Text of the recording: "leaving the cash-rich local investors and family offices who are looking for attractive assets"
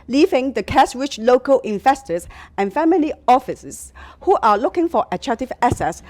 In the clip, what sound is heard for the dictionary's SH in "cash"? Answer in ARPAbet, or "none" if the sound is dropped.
S